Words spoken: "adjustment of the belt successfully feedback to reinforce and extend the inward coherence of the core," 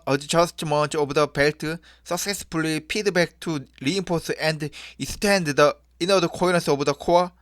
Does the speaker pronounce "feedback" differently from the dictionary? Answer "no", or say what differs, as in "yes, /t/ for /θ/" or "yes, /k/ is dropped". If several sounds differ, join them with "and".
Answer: yes, /p/ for /f/